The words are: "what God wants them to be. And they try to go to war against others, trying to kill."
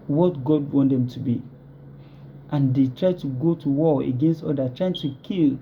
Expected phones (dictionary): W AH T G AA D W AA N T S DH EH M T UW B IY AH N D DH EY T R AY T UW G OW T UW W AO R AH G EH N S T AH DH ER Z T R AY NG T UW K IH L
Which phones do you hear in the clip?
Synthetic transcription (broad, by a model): W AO T G AA D W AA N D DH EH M T UW B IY AH N D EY T R AY T UW G OW T UW W AO AH G EH N S T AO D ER T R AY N T UW K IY L